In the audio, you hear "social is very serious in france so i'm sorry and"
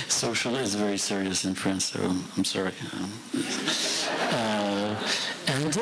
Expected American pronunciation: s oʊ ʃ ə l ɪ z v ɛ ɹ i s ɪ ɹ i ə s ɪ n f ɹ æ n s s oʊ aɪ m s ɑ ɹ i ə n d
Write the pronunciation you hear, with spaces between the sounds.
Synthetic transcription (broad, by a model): s oʊ ʃ l ɪ z v ɛ ɹ i s ɪ ɹ i ə s ɪ n f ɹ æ n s s oʊ aɪ m s ɑ ɹ i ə n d